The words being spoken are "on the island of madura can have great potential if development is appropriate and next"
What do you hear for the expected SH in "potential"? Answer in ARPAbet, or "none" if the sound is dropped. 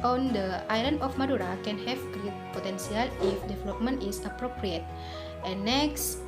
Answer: S